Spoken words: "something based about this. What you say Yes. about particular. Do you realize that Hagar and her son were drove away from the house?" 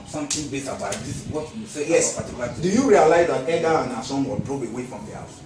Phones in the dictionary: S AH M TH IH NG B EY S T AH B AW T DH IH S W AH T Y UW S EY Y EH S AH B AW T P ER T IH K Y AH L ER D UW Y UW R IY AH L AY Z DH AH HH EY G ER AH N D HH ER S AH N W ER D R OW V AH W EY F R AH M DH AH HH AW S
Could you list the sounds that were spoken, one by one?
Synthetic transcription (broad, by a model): S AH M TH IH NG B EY T AH B AW T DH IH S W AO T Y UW S EY Y EH S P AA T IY K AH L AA D UW Y UW R IY AH L AY Z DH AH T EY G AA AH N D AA S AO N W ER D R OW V AH W EY F R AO M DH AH HH AW S